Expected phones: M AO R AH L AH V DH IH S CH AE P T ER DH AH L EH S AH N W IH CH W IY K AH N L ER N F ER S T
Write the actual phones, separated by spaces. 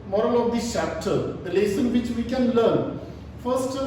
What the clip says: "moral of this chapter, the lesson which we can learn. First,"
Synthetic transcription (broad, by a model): M AO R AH L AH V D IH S CH AE P T ER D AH L EH S AH N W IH CH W IY K AH N L ER N F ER S T